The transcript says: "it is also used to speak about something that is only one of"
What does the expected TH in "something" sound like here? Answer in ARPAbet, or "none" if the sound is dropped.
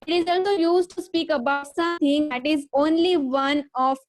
T